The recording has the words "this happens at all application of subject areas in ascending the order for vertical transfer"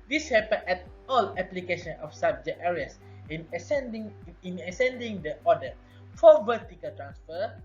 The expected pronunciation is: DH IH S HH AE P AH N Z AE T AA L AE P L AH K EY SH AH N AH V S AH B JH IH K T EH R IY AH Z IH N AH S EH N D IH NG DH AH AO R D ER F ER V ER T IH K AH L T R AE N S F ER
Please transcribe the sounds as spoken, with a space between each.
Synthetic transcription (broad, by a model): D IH S HH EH P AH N EH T AA L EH P L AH K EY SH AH N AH F S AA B JH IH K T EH R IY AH S IH N AH S EH N D IH NG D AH AO D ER F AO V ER T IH K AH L T R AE N S F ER